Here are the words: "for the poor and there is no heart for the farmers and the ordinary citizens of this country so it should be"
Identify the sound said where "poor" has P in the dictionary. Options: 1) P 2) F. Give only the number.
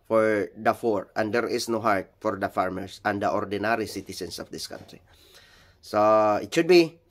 2